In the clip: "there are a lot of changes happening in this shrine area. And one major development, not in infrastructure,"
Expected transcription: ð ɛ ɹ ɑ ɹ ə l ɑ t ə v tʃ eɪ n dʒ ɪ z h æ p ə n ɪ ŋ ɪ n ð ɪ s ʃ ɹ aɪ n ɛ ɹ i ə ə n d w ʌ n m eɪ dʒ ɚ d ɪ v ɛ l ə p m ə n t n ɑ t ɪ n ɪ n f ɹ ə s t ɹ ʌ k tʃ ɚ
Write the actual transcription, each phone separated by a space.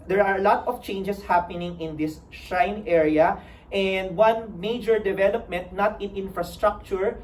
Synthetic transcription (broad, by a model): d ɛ ɹ ɑ ɹ ə l ɑ t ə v tʃ eɪ n dʒ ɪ s h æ p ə n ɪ ŋ ɪ n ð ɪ s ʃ aɪ n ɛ ɹ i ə ə n d w ʌ n m eɪ dʒ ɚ d ɪ v ɛ l ə p m ə n t n ɑ t ɪ n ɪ n f ɹ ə s t ɹ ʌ k tʃ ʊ